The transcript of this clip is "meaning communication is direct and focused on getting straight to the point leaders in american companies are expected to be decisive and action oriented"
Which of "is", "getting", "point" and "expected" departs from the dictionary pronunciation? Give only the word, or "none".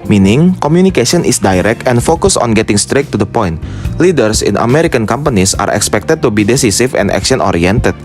is